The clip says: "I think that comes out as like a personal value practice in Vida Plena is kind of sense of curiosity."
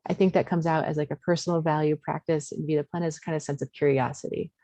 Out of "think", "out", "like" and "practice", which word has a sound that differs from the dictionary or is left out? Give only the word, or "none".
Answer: none